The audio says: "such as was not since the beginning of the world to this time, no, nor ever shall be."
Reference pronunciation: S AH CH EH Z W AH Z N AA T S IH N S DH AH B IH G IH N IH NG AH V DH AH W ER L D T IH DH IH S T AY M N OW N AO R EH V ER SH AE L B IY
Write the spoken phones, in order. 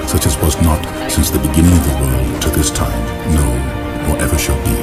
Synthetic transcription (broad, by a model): S AH CH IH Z W AH Z N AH T S IH N S DH AH B IH G IH N IH NG AH V DH AH W ER L D T IH DH IH S T AY M N OW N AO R EH V ER SH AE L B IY